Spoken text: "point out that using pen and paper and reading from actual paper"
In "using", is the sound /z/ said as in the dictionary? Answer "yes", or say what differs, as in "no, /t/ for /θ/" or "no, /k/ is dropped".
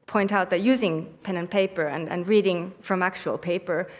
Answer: yes